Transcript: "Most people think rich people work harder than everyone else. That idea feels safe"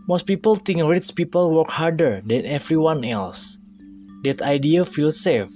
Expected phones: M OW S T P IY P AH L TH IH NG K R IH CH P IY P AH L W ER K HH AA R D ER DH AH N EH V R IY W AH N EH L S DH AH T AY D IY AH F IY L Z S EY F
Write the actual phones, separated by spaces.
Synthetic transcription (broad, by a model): M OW S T P IY P AH L T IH NG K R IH S P IY P AH L W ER K HH AA R D ER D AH N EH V R IY W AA N EH L S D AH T AY D IY AH F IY L S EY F